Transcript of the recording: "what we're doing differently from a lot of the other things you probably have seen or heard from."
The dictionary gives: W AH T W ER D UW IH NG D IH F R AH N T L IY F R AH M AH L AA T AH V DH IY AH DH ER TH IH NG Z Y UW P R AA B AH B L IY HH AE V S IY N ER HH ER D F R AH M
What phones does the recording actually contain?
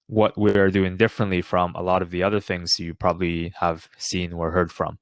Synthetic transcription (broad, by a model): W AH T W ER D UW IH NG D IH F R AH N T L IY F R AH M AH L AA T AH V DH IY AH DH ER TH IH NG Z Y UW P R AA B AH B L IY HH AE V S IY N ER HH ER D F R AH M